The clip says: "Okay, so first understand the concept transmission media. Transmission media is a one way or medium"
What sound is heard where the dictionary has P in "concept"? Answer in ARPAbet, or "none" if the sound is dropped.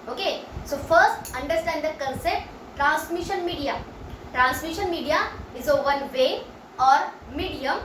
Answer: none